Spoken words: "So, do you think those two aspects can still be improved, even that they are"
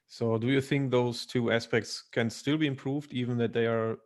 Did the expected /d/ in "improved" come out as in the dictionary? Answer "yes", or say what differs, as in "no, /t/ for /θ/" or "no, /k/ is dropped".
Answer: yes